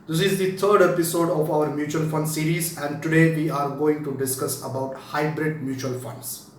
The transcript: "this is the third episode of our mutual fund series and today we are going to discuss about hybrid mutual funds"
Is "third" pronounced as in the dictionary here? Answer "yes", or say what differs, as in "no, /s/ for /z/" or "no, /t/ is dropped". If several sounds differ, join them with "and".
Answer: no, /t/ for /θ/